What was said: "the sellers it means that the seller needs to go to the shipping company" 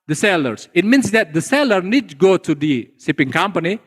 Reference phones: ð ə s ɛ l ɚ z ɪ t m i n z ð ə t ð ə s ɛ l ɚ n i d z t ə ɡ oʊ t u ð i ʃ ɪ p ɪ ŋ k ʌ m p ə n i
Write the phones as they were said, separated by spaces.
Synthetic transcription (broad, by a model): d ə s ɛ l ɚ s ɪ t m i n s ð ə t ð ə s ɛ l ɚ n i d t ɡ oʊ t u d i s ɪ p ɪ ŋ k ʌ m p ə n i